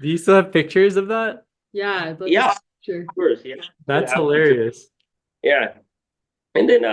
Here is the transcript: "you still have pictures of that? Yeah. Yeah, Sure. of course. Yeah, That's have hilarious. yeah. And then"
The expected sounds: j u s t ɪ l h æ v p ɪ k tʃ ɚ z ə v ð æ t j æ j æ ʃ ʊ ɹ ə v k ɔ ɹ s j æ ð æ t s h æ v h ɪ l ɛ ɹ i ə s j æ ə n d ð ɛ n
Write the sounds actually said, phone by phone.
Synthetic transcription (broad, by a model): j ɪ s t ɪ l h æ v p ɪ k tʃ ɚ z ə v ð æ t j æ j æ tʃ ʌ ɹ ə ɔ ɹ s j æ ð æ t s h h ɪ l ɛ ɹ i ə s j æ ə n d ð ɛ n